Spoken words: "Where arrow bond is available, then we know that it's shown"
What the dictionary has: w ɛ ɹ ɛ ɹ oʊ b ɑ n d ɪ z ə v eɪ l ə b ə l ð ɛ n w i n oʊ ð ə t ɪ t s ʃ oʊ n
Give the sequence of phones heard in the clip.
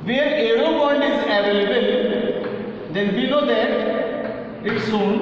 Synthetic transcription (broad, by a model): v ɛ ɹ ɛ ɹ oʊ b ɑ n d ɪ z ə v eɪ l ə b ə l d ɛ n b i l oʊ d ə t ɪ t s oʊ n